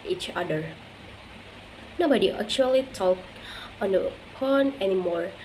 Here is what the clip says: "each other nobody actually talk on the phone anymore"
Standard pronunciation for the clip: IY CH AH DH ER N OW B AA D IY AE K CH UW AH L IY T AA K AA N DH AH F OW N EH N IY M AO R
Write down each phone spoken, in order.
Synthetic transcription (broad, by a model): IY CH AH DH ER N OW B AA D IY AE K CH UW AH L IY T AA K AA N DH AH P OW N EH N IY M AO R